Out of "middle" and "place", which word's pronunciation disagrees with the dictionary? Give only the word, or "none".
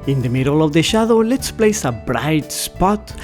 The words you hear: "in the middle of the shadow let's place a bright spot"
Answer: none